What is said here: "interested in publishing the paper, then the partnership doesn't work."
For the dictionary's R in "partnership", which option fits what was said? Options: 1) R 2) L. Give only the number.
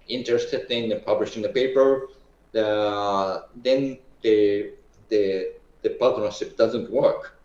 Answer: 2